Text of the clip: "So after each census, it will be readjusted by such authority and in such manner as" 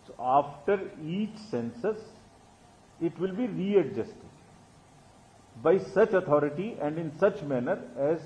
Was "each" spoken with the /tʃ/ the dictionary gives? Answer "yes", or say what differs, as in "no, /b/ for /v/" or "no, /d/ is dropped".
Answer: yes